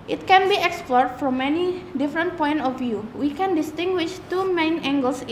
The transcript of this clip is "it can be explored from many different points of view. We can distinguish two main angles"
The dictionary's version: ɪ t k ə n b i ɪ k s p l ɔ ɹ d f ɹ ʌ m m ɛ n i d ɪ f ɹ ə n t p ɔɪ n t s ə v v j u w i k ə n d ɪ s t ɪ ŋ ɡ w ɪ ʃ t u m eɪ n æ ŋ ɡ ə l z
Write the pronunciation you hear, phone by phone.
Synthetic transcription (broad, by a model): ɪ t k ə n b i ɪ k s p l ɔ ɹ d f ɹ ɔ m m ɛ n i d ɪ f ɹ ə n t p ɔɪ n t ə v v j u w i k ə n d ɪ s t ɪ ŋ ɡ w ɪ ʃ t u m eɪ n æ ŋ ɡ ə l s